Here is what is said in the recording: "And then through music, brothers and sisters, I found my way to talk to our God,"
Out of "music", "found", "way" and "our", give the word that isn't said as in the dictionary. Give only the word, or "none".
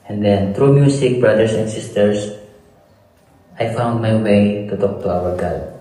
music